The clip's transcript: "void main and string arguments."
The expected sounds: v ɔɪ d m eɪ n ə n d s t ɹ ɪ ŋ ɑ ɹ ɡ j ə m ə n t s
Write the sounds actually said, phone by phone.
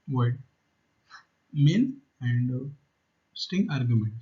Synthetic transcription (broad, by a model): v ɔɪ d m eɪ n ə n d s t ɪ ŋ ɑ ɹ ɡ j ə m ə n t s